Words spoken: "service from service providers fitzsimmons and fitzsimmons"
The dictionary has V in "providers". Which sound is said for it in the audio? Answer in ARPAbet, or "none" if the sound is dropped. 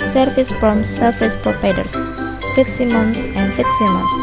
P